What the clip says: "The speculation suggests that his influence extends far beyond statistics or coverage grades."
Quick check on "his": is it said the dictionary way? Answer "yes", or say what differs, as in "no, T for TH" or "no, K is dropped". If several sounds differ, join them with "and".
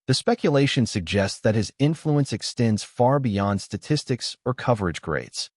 yes